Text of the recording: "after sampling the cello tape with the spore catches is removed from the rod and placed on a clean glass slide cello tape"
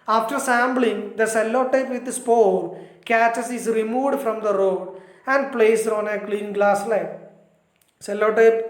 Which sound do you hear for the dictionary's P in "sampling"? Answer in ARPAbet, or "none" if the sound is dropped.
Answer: B